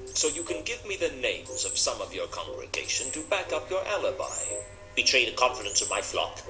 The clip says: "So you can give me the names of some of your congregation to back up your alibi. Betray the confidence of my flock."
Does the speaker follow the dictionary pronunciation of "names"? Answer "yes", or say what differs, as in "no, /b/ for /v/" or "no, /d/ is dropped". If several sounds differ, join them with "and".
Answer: yes